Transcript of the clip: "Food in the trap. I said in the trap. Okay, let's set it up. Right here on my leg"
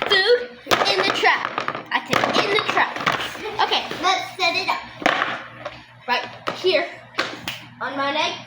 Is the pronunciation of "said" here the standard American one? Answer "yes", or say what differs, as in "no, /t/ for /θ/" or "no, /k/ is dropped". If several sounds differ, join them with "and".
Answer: no, /d/ is dropped